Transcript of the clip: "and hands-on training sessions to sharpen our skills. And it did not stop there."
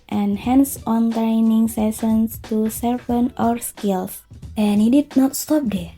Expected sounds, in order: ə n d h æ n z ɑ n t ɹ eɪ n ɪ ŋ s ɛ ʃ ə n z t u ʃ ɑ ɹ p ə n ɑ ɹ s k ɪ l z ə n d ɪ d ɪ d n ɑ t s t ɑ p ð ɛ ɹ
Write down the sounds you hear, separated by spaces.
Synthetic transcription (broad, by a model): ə n h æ n s ɑ n t ɹ eɪ n ɪ ŋ s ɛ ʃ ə n s t u s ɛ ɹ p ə n ɑ ɹ s k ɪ l s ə n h ɪ d ɪ d n ɑ t s t ɑ p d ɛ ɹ